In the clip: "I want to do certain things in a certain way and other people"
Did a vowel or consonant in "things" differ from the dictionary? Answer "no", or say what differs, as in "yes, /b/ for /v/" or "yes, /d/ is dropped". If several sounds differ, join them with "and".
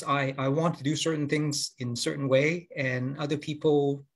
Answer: no